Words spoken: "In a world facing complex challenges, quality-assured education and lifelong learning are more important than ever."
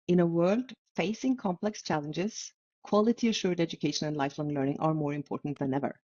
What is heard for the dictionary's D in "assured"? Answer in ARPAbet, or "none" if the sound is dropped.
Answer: D